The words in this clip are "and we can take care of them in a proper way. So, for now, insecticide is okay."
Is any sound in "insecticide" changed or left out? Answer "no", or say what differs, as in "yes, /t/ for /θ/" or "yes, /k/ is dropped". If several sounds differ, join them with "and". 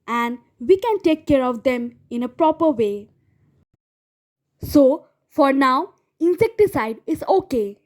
no